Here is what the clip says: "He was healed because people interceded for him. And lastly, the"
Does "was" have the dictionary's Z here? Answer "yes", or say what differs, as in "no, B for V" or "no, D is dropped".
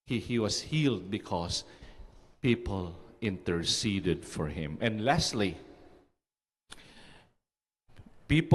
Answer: no, S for Z